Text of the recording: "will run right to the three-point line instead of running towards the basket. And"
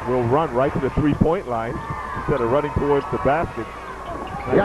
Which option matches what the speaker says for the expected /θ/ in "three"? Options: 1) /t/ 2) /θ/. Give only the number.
2